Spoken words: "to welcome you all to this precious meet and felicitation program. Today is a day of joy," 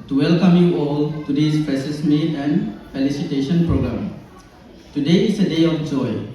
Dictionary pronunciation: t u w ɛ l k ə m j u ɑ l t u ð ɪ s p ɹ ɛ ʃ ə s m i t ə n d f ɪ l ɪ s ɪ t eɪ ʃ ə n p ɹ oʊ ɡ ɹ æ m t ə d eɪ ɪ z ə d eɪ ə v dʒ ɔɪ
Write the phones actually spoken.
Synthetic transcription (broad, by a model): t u w ɛ l k ə m j u ɑ l t u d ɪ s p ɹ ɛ s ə s m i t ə n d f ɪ l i s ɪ t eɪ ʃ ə n p ɹ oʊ ɡ ɹ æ m t ə d eɪ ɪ s ə d eɪ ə f dʒ ɔɪ